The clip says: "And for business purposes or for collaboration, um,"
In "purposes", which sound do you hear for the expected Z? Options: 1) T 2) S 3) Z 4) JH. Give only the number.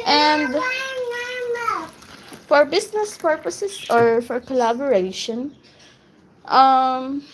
2